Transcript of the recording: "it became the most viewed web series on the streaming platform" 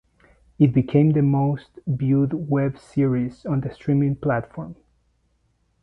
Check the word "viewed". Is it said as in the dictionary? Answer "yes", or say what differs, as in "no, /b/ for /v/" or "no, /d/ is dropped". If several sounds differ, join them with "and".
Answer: no, /b/ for /v/